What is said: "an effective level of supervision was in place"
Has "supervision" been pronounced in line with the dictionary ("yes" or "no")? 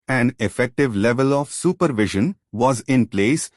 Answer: yes